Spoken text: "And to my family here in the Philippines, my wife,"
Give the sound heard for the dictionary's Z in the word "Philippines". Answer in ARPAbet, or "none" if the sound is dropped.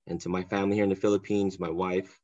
Z